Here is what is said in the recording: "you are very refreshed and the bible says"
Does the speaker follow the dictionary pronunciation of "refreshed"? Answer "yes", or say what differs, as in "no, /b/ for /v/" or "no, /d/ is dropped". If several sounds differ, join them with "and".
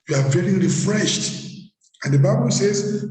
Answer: yes